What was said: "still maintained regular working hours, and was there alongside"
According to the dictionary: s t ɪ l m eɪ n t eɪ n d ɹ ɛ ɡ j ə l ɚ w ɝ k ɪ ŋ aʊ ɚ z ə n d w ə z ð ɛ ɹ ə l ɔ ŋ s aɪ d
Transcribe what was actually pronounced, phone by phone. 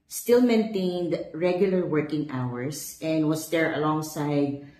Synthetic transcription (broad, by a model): s t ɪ l m eɪ n t eɪ n d ɹ ɛ ɡ j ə l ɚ w ɝ k ɪ ŋ aʊ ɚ s ə n d w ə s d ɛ ɹ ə l ɔ ŋ s aɪ d